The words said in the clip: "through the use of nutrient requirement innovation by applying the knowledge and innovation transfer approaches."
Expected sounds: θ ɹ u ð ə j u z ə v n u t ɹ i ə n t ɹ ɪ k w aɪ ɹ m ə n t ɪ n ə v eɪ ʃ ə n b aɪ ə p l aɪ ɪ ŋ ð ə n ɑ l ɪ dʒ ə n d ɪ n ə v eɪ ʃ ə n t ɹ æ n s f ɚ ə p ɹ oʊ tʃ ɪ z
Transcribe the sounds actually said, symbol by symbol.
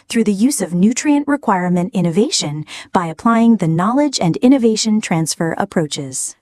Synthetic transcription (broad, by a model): θ ɹ u ð ə j u z ə v n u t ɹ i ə n t ɹ ɪ k w aɪ ɹ m ə n t ɪ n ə v eɪ ʃ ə n b aɪ ə p l aɪ ɪ ŋ ð ə n ɑ l ɪ dʒ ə n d ɪ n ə v eɪ ʃ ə n t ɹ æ n s f ɚ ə p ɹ oʊ tʃ ɪ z